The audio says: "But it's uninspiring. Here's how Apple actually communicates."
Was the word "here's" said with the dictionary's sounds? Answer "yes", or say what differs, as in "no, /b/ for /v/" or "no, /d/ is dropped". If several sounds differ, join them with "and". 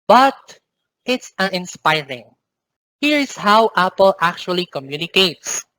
no, /s/ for /z/